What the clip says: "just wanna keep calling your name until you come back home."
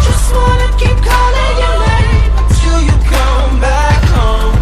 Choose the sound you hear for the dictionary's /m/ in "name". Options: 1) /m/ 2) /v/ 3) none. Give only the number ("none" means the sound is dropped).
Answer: 3